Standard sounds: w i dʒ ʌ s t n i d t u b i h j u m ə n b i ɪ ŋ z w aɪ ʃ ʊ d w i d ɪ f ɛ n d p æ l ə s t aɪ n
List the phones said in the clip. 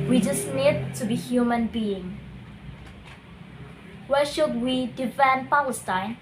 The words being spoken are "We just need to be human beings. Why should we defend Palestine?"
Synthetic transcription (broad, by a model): w i dʒ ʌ s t n i d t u b i h j u m ə n b i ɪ ŋ w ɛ ʃ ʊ d w i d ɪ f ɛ n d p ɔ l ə s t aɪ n